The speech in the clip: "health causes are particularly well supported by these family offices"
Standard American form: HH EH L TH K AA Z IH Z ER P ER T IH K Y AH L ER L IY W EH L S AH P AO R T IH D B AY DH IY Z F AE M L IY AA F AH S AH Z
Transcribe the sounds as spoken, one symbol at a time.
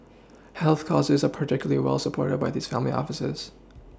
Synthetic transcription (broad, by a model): HH EH L TH K AA Z IH Z ER P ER T IH K Y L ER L IY W EH L S AH P AO R T IH D B AY DH IY Z F AE M L IY AA F AH S AH Z